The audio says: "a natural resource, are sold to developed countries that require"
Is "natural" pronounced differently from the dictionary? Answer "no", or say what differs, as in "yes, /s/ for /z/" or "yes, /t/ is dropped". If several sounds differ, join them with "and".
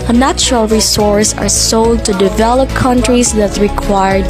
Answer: no